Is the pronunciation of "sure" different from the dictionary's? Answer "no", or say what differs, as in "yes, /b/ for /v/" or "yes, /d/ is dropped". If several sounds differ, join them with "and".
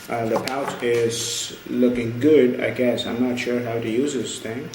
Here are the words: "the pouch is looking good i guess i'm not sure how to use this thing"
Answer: no